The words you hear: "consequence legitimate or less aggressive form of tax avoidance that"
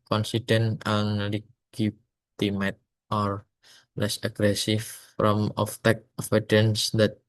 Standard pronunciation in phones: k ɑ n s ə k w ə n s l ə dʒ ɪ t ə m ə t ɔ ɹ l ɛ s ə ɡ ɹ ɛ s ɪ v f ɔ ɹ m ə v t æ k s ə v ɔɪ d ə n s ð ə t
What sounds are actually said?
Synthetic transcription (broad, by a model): k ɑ n s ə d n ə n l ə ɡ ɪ t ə m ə t ɔ ɹ l ɛ s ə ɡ ɹ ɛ s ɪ f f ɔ m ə f t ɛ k ə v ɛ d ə n s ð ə t